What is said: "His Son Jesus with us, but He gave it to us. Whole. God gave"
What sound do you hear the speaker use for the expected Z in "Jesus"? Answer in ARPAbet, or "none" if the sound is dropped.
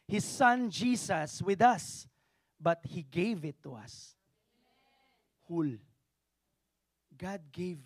S